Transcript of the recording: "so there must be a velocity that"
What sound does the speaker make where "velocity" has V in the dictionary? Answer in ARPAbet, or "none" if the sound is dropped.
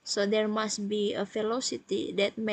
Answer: F